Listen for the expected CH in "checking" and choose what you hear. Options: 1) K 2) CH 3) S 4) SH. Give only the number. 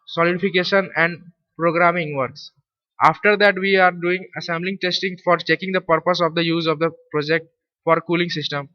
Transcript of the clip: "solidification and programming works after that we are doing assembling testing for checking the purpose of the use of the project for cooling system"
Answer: 2